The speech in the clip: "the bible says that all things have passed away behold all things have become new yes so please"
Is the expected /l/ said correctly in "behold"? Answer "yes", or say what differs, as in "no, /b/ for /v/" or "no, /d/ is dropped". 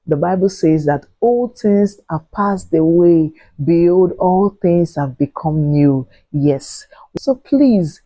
no, /l/ is dropped